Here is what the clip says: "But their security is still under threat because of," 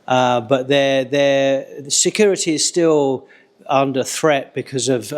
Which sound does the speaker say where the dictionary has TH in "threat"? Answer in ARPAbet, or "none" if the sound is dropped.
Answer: TH